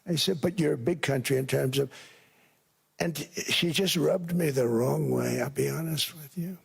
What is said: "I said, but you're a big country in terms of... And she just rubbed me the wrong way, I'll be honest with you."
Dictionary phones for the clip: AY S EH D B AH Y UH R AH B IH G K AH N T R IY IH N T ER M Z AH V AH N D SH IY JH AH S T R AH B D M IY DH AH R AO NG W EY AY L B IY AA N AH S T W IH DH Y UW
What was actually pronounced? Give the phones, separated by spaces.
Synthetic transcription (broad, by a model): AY S EH D B AH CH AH R B IH G K AH N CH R IY IH N T ER M Z AH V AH N SH IY JH AH S T R AH B D M IY DH AH R AO NG W EY AY L B IY AA N AH S T W IH DH Y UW